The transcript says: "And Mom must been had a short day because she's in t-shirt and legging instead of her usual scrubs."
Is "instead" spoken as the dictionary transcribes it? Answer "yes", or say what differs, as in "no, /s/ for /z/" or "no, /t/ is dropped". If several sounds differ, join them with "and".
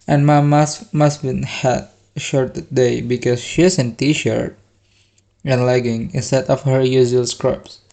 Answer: no, /n/ is dropped